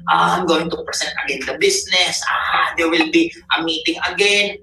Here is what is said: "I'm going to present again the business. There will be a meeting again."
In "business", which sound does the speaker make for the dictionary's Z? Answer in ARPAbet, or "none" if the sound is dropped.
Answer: S